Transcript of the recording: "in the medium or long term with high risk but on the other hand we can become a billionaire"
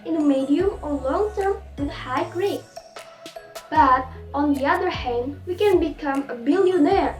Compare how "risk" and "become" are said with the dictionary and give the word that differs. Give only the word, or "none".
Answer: risk